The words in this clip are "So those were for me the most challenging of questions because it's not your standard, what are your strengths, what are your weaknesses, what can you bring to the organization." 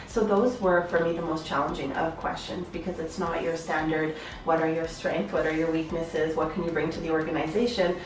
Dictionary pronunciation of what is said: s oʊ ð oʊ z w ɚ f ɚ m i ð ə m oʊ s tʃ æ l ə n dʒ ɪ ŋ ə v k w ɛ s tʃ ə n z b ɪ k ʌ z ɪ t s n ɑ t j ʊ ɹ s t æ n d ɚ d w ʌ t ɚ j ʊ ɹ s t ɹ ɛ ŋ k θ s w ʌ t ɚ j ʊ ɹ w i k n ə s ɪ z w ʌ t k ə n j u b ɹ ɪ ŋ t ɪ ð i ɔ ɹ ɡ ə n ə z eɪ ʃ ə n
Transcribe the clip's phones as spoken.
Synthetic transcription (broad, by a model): s oʊ ð oʊ z w ɚ f ɚ m i ð ə m oʊ s tʃ æ l ə n dʒ ɪ ŋ ə v k w ɛ s tʃ ə n z b ɪ k ʌ z ɪ t s n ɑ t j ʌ ɹ s t æ n d ɚ d w ʌ t ɚ j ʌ ɹ s t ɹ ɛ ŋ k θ w ʌ t ɚ j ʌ ɹ w i k n ə s ɪ z w ʌ t k ə n j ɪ b ɹ ɪ ŋ t ɪ ð i ɔ ɹ ɡ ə n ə z eɪ ʃ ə n